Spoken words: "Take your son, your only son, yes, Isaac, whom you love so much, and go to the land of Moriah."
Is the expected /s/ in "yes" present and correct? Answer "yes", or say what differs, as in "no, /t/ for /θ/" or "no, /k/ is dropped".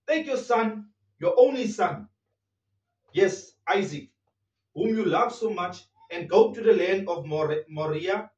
yes